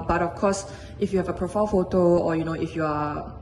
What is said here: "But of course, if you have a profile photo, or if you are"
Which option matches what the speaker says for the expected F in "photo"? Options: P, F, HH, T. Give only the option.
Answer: F